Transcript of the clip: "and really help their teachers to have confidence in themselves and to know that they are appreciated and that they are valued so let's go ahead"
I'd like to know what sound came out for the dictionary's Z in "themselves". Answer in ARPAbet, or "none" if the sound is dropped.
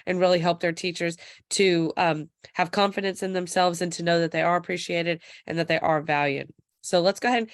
Z